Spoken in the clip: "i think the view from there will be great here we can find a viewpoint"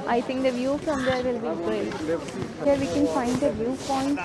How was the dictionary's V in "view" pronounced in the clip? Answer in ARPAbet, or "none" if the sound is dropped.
V